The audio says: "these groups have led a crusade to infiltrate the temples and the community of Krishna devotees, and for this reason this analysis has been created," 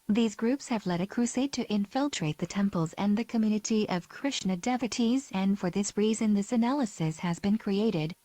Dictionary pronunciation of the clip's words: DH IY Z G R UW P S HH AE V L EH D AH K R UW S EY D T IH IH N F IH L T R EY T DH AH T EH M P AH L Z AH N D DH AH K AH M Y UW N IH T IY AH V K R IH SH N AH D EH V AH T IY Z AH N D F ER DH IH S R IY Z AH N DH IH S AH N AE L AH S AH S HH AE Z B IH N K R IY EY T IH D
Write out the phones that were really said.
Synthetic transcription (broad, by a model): DH IY Z G R UW P S HH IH V L EH D AH K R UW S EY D T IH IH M F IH L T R EY T DH AH T EH M P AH L Z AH N DH AH K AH M Y UW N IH T IY AH V K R IH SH N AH D EH V AH T IY Z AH N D F ER DH IH S R IY Z AH N DH IH S AH N AE L AH S AH S HH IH Z B IH N K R IY EY T IH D